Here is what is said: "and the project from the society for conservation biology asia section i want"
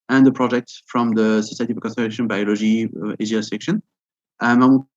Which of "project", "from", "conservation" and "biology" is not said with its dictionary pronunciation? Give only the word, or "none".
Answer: conservation